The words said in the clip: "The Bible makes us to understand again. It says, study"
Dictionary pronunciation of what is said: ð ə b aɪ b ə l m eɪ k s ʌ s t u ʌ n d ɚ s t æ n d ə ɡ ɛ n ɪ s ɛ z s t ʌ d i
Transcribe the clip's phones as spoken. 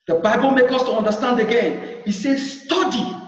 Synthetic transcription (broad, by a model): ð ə b aɪ b ə l m eɪ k ʌ s t u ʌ n d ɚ s t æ n d ə ɡ ɛ n ɪ s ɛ s t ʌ d i